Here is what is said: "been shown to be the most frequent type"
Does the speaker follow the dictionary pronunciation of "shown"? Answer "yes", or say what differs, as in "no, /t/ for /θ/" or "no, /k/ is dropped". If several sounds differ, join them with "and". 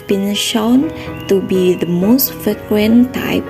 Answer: yes